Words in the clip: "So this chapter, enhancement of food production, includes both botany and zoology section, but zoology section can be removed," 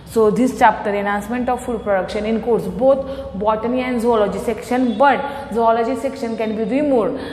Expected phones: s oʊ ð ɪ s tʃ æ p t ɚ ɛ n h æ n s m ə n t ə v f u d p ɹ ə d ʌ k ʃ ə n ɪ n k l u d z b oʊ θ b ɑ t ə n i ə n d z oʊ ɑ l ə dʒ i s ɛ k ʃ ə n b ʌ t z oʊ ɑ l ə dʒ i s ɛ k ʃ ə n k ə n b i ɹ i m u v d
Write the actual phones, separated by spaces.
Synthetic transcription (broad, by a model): s oʊ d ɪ s tʃ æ p t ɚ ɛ n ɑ n s m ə n t ə v f u d p ɹ ə d ʌ k ʃ ə n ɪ n k u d s b oʊ t b ɑ t ə n i ə n d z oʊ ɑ l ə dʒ i s ɛ k ʃ ə n b ʌ t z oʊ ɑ l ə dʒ i s ɛ k ʃ ə n k ə n b i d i m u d